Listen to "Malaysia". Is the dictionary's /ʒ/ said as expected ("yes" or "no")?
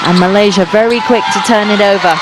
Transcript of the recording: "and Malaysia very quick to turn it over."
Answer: yes